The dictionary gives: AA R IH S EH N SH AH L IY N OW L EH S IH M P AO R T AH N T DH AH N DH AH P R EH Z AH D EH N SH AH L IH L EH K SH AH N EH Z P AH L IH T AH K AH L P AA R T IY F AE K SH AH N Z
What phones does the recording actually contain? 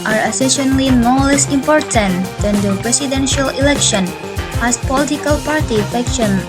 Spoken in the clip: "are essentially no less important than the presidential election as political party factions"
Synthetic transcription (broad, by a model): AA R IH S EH SH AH L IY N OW L EH S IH M P AO R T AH N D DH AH N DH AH P R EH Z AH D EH N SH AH L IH L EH K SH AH N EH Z P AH L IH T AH K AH L P AA R T IY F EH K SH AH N